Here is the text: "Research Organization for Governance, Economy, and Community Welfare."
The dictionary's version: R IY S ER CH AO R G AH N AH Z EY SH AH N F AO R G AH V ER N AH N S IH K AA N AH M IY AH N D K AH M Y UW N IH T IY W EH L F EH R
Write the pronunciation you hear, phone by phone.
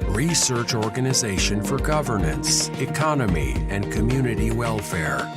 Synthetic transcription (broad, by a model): R IY S ER CH AO R G AH N AH Z EY SH AH N F AO R G AH V ER N AH N S IH K AA N AH M IY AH N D K AH M Y UW N IH T IY W EH L F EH R